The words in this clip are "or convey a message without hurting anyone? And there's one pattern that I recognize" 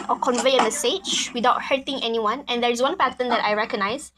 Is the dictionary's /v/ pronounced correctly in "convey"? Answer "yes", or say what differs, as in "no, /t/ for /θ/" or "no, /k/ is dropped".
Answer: yes